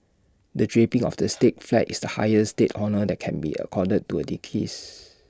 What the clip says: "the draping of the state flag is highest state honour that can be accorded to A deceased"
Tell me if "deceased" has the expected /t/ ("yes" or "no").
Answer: no